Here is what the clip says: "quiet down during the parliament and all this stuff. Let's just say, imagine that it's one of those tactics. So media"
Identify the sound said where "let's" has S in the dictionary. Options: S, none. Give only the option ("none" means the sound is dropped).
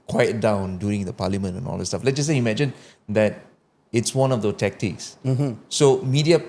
none